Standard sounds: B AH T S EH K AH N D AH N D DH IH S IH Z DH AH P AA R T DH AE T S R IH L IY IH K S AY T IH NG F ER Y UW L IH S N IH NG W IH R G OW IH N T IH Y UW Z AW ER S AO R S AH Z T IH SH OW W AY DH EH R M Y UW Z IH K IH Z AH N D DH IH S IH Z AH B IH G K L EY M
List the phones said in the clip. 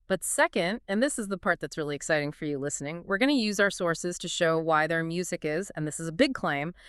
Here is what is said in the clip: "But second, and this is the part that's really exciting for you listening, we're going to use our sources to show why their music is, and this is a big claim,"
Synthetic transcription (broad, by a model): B AH T S EH K AH N D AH N DH IH S IH Z DH AH P AA R T DH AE T S R IH L IY IH K S AY T IH NG F ER Y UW L IH S N IH NG W IH R G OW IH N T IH Y UW Z AW ER S AO R S AH Z T IH SH OW W AY DH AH R M Y UW Z IH K IH Z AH N DH IH S IH Z AH B IH G K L EY M